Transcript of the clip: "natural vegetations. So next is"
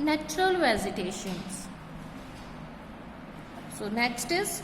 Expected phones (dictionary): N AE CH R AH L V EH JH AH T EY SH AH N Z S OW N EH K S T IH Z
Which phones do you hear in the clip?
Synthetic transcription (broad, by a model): N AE CH R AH L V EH Z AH T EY SH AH N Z S OW N EH K S T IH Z